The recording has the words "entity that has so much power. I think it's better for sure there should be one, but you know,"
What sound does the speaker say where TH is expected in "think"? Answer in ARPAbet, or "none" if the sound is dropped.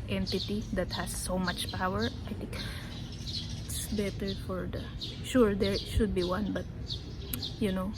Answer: T